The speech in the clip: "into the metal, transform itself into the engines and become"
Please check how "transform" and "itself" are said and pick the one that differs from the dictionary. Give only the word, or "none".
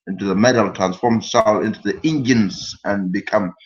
itself